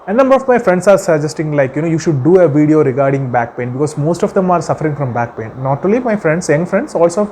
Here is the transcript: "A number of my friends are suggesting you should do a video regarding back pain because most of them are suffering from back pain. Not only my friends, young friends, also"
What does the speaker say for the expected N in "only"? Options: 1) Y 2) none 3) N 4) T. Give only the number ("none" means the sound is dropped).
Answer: 2